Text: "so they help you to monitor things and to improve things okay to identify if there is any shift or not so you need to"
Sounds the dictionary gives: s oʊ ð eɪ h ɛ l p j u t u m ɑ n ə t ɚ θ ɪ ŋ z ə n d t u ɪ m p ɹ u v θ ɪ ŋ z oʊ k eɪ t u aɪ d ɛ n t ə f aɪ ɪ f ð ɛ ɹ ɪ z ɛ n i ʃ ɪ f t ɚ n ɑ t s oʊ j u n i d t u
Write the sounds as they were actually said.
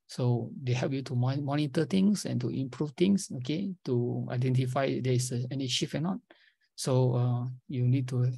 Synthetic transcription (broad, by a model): s oʊ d eɪ h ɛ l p j u t u m ɑ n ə t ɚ t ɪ ŋ s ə n t u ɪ m p ɹ u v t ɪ ŋ s oʊ k eɪ t u aɪ d ɛ n t ə f aɪ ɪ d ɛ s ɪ ɛ n i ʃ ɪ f ɚ n ɑ t s oʊ j u n i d t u